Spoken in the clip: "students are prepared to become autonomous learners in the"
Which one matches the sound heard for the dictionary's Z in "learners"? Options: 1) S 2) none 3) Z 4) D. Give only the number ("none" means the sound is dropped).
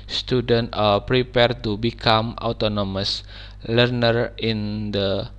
2